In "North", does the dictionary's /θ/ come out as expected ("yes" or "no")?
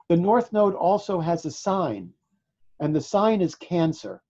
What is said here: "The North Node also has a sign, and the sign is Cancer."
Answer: yes